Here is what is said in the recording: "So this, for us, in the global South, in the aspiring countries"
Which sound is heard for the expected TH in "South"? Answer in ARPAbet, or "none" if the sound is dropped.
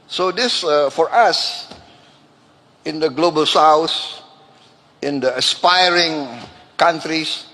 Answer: S